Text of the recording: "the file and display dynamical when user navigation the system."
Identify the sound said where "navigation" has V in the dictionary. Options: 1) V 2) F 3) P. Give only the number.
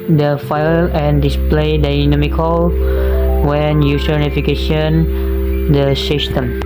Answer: 2